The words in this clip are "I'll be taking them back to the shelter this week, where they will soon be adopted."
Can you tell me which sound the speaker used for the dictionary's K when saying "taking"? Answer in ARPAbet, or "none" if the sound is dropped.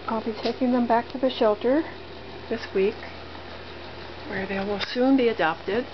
K